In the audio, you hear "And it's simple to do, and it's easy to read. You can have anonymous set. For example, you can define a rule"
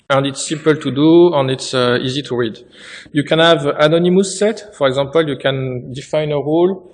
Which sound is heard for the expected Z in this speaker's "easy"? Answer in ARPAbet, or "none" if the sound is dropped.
Z